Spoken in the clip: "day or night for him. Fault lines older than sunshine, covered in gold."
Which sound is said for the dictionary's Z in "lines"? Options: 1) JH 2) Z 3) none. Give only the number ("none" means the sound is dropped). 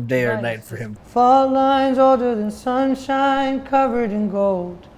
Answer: 2